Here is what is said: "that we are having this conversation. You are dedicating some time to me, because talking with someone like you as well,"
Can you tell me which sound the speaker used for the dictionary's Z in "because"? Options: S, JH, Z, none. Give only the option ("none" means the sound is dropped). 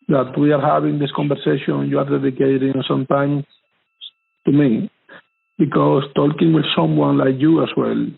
S